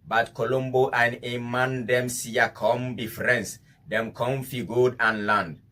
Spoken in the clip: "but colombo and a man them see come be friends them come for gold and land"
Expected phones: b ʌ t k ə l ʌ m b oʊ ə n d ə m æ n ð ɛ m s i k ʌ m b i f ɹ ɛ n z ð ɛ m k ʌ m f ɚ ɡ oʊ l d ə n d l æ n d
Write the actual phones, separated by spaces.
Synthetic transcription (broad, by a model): b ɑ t k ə l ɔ m b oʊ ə n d ə m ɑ n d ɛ m s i k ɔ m b i f ɹ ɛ n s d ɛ m k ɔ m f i ɡ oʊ d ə n l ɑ n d